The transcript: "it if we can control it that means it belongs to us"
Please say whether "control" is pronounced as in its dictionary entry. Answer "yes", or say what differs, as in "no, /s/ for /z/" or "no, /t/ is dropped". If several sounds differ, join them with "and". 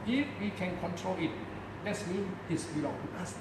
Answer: yes